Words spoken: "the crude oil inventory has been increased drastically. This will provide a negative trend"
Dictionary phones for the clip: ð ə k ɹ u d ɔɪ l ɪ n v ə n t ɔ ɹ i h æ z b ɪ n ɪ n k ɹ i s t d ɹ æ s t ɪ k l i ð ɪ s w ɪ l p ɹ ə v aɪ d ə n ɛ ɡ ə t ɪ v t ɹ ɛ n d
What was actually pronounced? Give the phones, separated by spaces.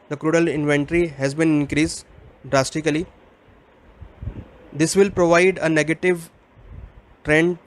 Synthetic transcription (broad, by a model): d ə k ɹ u d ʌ l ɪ n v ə n t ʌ ɹ i h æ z b ɪ n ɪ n k ɹ i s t d ɹ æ s t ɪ k l i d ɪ s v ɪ l p ɹ ə v aɪ d ə n ɛ ɡ ə t ɪ v t ɹ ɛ n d